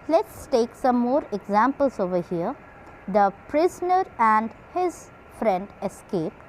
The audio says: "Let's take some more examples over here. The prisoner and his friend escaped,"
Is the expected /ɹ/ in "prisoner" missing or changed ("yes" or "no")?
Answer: no